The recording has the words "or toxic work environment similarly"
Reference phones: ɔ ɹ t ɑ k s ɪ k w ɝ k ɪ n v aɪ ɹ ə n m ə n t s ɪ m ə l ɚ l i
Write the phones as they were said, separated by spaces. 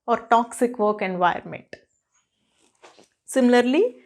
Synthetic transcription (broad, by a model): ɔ ɹ t ɑ k s ɪ k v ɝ k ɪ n v aɪ ə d m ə n t s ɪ m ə l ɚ l i